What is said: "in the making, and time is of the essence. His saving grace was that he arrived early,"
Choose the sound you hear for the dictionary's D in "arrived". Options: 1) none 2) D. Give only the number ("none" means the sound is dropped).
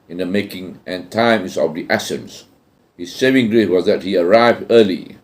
2